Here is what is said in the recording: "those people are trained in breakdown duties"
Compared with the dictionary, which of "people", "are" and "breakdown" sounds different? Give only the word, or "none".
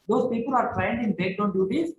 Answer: breakdown